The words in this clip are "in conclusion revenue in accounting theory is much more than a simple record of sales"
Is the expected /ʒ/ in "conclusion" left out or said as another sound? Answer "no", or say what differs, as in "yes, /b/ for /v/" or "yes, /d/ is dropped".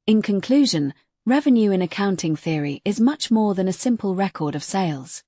no